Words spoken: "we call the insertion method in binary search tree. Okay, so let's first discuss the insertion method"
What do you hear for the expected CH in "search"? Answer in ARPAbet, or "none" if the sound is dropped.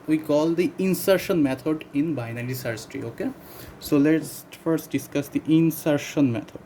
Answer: S